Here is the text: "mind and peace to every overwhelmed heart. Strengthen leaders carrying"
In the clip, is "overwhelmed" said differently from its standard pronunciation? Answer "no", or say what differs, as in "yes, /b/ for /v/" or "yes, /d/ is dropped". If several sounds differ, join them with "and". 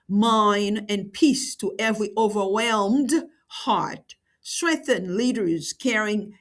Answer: no